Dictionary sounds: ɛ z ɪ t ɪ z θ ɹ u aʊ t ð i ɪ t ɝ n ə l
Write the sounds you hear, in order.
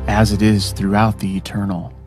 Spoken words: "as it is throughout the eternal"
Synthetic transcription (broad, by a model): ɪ z ɪ t ɪ z θ ɹ u aʊ t ð i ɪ t ɝ n l